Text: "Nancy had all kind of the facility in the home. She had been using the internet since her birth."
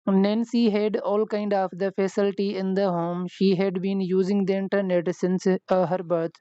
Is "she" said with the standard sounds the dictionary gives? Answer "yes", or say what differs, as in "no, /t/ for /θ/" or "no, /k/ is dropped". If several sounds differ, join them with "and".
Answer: yes